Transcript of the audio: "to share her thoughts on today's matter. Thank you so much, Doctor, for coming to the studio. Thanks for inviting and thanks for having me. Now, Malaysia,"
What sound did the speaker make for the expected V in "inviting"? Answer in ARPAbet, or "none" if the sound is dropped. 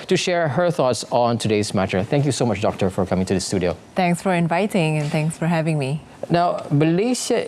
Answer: V